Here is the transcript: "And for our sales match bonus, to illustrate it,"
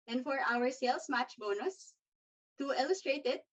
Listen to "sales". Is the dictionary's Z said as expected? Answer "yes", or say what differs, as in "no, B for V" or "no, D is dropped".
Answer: no, S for Z